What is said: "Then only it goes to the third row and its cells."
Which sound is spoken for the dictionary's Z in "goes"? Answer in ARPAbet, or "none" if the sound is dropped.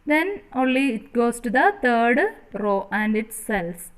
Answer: S